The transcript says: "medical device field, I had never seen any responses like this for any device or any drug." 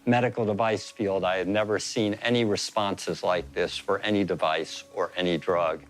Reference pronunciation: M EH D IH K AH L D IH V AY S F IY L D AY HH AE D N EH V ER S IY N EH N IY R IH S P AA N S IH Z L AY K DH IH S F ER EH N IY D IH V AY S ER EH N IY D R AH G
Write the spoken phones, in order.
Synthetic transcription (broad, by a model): M EH D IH K L D IH V AY S F IY L D AY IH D N EH V ER S IY N EH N IY R IH S P AA N S IH Z L AY K DH IH S F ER EH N IY D IH V AY S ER EH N IY D R AH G